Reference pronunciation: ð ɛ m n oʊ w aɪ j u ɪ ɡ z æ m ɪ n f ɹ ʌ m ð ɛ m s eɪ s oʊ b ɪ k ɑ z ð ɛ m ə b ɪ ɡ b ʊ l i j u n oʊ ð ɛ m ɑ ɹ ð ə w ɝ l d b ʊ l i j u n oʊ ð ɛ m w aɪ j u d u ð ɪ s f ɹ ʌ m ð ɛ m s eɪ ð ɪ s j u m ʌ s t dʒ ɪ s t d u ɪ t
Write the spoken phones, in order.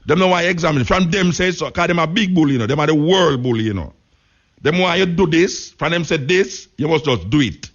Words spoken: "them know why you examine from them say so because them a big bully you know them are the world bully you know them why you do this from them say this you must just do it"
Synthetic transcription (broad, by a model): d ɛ m n oʊ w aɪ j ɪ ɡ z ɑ m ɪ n f ɹ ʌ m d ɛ m s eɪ s oʊ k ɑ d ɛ m ə b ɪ ɡ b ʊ l j u n oʊ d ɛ m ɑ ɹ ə w ɝ l d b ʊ l j u n oʊ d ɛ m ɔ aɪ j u d u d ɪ s f ɹ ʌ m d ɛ m s eɪ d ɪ s j u m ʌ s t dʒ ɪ s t d u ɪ t